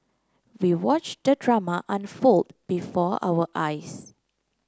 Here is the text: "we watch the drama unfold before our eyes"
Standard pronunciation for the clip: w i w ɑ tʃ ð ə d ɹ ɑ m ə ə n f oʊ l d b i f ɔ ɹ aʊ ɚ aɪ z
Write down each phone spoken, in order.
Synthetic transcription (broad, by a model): w i w ɑ tʃ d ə d ɹ ɑ m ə ə n f oʊ l d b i f ɔ aʊ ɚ aɪ s